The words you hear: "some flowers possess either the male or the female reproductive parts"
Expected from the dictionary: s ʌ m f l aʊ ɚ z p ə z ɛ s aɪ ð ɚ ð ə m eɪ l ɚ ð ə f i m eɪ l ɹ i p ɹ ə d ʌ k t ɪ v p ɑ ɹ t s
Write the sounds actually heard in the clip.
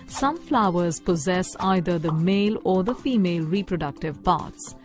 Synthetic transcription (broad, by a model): s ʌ m f l aʊ ɚ z p ə z ɛ s aɪ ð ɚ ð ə m eɪ l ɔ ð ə f i m eɪ l ɹ i p ɹ ə d ʌ k t ɪ v p ɑ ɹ t s